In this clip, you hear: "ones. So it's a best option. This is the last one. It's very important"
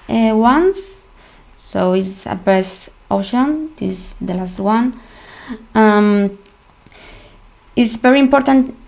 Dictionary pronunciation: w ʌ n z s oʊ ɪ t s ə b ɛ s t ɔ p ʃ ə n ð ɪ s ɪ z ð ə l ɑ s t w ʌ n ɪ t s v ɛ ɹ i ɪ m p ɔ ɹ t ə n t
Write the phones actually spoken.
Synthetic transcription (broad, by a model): w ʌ n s s oʊ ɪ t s ə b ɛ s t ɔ ʃ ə n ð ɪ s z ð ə l ɑ s t w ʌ n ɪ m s v ɛ ɹ i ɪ m p ɔ ɹ t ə n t